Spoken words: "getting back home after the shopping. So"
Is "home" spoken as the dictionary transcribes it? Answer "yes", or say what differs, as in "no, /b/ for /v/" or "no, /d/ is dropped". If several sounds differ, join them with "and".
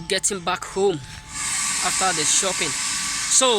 yes